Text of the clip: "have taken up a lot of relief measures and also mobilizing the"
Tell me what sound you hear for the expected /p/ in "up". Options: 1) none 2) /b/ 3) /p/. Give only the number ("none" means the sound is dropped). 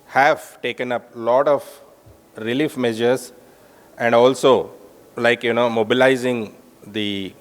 3